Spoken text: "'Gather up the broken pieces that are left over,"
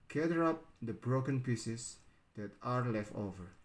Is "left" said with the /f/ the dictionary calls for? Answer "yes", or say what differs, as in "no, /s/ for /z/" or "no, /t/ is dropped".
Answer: yes